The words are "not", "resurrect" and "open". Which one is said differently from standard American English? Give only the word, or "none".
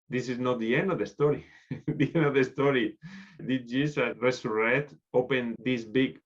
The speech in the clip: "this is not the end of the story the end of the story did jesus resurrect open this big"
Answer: resurrect